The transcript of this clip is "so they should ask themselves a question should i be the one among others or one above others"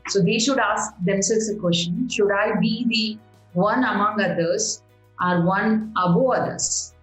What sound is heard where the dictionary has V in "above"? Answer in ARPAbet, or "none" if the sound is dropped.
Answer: none